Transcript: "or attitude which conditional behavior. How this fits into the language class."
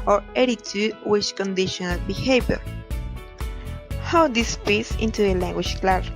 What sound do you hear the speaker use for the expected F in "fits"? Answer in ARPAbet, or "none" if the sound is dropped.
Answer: P